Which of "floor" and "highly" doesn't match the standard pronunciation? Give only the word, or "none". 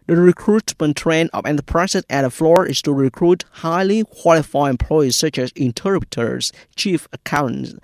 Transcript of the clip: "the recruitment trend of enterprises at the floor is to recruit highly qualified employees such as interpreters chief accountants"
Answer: none